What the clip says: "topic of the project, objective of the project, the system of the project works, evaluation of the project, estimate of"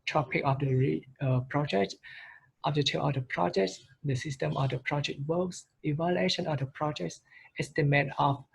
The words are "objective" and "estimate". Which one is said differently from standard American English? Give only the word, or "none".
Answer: objective